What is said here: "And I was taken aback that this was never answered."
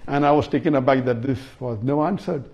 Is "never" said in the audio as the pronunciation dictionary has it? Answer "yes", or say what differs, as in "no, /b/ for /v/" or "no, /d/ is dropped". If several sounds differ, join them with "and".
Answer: no, /v/ is dropped